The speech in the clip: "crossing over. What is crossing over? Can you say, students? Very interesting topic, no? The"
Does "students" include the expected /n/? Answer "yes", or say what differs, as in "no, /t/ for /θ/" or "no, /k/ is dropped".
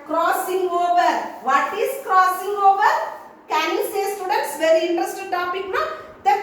no, /n/ is dropped